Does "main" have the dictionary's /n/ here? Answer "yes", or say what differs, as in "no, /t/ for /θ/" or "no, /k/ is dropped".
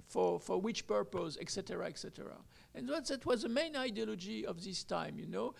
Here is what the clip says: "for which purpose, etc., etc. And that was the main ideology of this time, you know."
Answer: yes